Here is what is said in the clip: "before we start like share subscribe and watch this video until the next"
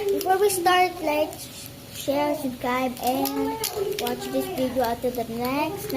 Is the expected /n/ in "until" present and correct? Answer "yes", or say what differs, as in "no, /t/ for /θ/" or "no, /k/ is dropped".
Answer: no, /n/ is dropped